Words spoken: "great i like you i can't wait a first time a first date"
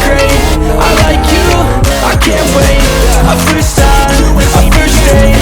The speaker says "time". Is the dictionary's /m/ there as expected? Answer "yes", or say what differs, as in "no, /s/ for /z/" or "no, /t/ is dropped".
no, /m/ is dropped